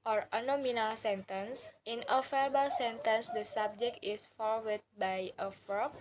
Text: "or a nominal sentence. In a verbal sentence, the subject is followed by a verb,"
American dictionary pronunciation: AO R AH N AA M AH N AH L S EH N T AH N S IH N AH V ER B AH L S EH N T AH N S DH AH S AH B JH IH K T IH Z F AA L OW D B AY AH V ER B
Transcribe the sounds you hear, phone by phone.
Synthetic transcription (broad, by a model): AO R AH N AA M AH N AH L S EH N T AH N S IH N AH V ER B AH L S EH N T AH N S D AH S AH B JH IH K T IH S F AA W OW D B AY AH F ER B